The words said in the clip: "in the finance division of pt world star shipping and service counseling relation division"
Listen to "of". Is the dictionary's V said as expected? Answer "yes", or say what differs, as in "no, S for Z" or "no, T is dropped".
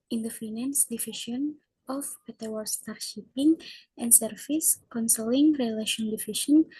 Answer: no, P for V